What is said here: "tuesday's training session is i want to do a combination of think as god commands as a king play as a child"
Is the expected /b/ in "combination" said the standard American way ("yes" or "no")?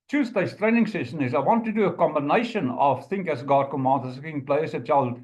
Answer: yes